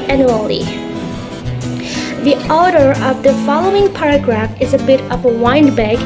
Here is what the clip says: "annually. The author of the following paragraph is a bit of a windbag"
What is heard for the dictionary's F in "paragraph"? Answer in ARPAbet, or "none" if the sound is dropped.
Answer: F